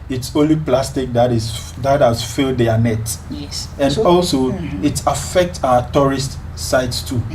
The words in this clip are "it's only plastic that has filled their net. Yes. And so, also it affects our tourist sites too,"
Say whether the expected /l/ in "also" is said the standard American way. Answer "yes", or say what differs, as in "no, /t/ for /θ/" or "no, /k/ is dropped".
yes